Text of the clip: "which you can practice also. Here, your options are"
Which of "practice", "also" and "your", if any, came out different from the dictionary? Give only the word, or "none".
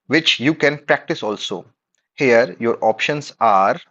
none